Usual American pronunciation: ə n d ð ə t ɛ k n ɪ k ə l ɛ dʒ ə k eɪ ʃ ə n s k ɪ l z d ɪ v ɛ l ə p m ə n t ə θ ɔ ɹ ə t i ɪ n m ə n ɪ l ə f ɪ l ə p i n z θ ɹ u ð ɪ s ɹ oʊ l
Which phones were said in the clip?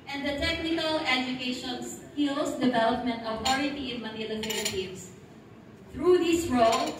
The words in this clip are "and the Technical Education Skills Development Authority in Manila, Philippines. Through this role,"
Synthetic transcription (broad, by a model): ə n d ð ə t ɛ k n ɪ k ə l ɛ dʒ ə k eɪ ʃ ə n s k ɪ l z d ɪ v ɛ l ə p m ə n t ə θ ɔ ɹ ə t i ɪ n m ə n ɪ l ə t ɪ n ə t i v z θ ɹ u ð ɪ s ɹ oʊ l